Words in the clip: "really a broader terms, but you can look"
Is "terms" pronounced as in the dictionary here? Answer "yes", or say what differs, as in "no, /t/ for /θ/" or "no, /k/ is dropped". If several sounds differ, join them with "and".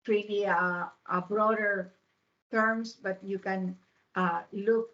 no, /s/ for /z/